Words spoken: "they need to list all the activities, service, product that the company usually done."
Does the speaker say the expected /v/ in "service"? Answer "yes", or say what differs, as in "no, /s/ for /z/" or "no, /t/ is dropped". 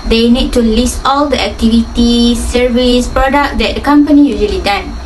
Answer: yes